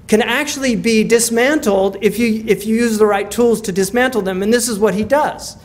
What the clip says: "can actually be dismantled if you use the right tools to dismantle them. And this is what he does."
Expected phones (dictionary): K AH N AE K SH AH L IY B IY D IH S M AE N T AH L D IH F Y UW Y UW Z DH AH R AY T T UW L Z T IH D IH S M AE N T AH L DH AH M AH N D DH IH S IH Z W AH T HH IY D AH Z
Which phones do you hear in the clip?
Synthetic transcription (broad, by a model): K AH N AE K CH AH L IY B IY D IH S M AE N T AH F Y IH F Y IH Y UW Z DH AH R AY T T UW L Z T IH D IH S M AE N T L DH AH M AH N DH IH S IH Z W AH T HH IY D AH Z